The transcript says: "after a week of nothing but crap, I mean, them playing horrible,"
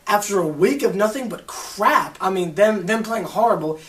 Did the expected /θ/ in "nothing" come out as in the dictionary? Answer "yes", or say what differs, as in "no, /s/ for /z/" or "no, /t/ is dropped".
yes